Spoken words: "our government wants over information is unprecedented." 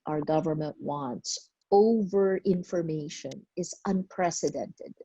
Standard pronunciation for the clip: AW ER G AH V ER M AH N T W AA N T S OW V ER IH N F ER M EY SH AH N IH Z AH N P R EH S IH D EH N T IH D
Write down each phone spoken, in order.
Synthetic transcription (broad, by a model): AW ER G AH V ER M AH N T W AA N T S OW V ER IH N F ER M EY SH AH N IH Z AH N P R EH S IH D EH N T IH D